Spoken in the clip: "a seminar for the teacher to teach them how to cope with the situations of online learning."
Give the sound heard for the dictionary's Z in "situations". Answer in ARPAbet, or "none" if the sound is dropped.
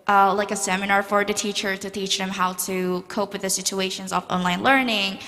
Z